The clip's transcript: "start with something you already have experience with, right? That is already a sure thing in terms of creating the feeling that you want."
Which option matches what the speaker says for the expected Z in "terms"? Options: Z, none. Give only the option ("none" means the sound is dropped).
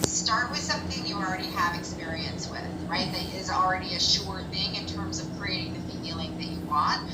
Z